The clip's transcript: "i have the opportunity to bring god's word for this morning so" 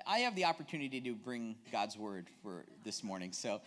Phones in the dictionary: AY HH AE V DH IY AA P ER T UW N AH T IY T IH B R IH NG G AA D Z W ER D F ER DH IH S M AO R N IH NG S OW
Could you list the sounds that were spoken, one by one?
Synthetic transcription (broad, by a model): AY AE V DH IY AA P ER T UW N AH T IY T IH B R IH NG G AA D Z W ER D F ER DH IH S M AO R N IH NG S OW